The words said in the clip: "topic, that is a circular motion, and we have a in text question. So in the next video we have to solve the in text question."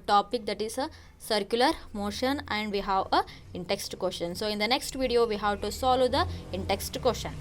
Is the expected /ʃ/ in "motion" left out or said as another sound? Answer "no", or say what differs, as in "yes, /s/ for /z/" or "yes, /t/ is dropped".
no